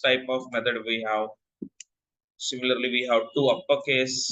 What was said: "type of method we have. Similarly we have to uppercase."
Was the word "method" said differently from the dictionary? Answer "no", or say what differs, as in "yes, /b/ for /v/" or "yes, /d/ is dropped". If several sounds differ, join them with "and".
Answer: yes, /t/ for /θ/